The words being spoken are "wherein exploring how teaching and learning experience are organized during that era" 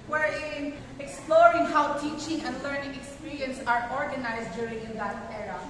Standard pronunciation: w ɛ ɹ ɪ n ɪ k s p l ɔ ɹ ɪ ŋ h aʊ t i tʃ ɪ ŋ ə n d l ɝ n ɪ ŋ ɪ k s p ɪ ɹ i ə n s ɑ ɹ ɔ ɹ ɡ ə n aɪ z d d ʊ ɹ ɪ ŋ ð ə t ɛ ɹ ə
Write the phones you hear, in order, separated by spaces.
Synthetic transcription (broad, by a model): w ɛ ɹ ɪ n ɪ k s p l ɔ ɹ ɪ ŋ h aʊ t i tʃ ɪ ŋ ə n d l ɝ n ɪ ŋ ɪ k s p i ɹ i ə n s ɑ ɹ ɔ ɹ ɡ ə n aɪ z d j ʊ ɹ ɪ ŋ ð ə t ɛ ɹ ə